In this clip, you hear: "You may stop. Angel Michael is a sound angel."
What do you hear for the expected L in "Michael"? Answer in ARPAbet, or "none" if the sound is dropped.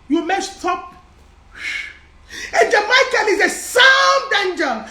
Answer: N